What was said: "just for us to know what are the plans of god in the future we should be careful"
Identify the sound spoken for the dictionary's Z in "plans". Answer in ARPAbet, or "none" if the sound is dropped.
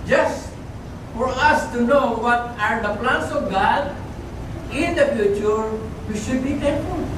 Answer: S